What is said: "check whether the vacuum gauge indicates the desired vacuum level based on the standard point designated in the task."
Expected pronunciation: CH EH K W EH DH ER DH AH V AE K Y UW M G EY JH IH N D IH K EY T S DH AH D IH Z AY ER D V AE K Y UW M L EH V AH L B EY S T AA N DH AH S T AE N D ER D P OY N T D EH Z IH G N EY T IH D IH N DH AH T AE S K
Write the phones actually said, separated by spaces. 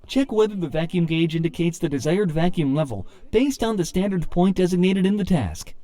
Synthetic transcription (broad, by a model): CH EH K W EH DH ER DH AH V AE K Y UW M G EY JH IH N D IH K EY T S DH AH D IH Z AY ER D V AE K Y UW M L EH V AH L B EY S T N DH AH S T AE N D ER D P OY N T D EH Z IH G N EY T IH D IH N DH AH T AE S K